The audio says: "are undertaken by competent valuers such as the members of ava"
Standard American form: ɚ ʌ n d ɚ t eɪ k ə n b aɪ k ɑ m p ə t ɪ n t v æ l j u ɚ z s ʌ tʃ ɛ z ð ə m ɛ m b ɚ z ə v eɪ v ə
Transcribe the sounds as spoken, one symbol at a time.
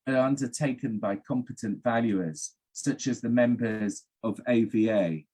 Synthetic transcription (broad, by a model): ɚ ʌ n d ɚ t eɪ k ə n b aɪ k ɑ m p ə t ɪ n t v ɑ l j u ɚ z s ʌ tʃ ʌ z ð ə m ɛ m b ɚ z ə v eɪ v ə